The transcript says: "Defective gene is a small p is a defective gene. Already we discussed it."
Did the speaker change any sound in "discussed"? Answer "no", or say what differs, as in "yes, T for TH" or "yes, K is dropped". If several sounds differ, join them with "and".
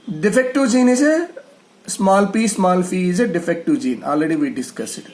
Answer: yes, T is dropped